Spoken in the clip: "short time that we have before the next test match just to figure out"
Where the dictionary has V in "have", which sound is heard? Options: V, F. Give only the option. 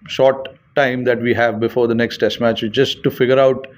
V